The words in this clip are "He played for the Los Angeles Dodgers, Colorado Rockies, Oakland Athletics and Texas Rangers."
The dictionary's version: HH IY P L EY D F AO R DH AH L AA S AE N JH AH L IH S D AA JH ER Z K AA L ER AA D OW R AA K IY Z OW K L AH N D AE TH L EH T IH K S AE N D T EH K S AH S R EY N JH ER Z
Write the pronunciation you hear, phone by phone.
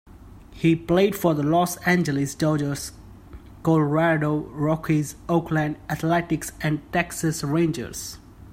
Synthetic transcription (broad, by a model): HH IY P L EY D F AO R DH AH L AA S AE N JH AH L IH S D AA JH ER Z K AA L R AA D OW R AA K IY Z OW K L AH N D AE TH L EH T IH K S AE N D T EH K S AH S R EY N JH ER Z